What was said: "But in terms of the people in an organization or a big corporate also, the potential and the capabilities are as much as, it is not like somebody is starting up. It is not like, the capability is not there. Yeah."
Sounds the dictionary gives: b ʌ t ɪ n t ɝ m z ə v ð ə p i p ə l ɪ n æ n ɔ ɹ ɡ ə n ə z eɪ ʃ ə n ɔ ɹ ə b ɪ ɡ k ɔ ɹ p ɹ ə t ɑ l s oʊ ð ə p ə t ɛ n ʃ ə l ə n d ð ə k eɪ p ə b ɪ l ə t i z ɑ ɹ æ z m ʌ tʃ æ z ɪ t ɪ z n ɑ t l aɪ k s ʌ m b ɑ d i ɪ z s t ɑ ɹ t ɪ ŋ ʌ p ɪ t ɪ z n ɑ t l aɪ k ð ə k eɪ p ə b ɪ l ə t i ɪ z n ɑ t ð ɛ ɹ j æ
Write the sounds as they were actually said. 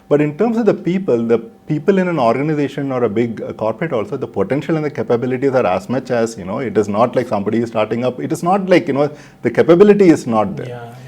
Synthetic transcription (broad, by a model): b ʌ t ɪ n t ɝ m s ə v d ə p i p ə l ɪ n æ n ɔ ɹ ɡ ə n ə z eɪ ʃ ə n ɔ ɹ ə b ɪ ɡ k ɔ ɹ p ɹ ə t ɑ l s oʊ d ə p ə t ɛ n ʃ ə l ə n d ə k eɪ p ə b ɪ l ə t i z ɑ ɹ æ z m ʌ tʃ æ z ɪ t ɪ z n ɑ t l aɪ k s ʌ m b ɑ d i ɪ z s t ɑ ɹ t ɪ ŋ ʌ p ɪ t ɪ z n ɑ t l aɪ k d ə k eɪ p ə b ɪ l ə t i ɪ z n ɑ t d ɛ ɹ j